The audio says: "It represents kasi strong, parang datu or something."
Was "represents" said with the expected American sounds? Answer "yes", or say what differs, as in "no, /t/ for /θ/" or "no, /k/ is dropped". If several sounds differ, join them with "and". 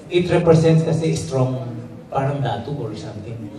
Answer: no, /s/ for /z/